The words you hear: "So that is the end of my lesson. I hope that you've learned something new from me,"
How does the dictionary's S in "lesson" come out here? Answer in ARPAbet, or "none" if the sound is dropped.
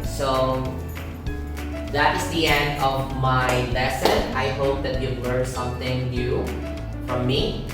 S